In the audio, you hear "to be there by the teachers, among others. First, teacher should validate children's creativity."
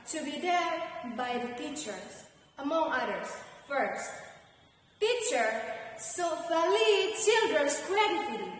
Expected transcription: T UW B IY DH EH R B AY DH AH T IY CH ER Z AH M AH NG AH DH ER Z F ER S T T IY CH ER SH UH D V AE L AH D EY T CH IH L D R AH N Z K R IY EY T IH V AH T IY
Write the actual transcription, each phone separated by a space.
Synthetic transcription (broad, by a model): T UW B IY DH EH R B AY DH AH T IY CH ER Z AH M AH NG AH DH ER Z F ER S T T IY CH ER S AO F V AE L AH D CH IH L D R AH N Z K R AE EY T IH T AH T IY